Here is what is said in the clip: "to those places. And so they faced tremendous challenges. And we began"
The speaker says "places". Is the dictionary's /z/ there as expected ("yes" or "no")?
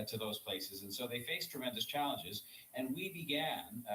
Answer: yes